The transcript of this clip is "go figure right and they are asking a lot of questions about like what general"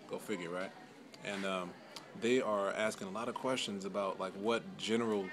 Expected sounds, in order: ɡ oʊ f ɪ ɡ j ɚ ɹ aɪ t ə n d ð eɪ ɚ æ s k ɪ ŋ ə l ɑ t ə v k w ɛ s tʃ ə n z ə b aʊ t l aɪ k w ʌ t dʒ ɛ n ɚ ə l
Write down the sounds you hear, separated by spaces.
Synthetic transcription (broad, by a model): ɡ oʊ f ɪ ɡ j ɚ ɹ aɪ t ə n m ð eɪ ɚ æ s k ɪ ŋ ə l ɑ t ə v k w ɛ s tʃ ə n z ə b aʊ t l aɪ k w ʌ t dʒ ɛ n ɚ l